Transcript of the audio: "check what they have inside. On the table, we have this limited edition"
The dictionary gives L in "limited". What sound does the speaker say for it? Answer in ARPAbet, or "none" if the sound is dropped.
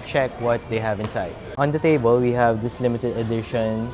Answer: L